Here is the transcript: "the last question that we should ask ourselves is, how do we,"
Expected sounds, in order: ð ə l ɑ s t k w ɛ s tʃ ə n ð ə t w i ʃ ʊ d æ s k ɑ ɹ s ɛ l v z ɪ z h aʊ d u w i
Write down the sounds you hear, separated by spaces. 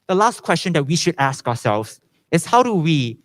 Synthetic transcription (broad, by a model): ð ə l ɑ s t k w ɛ s tʃ ə n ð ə t w i ʃ ʊ d æ s k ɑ s ɛ l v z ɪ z h aʊ d u w i